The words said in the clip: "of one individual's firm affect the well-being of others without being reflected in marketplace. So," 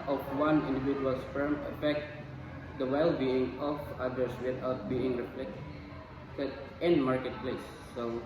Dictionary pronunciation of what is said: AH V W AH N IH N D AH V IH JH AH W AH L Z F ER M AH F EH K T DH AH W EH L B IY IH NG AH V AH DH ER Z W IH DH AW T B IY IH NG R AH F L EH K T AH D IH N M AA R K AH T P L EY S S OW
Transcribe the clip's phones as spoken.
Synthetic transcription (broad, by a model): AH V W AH N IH N D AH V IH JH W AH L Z F ER M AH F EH K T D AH W EH L B IY IH NG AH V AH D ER S W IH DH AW T B IY IH NG R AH P L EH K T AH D IH N M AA R K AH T P L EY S S OW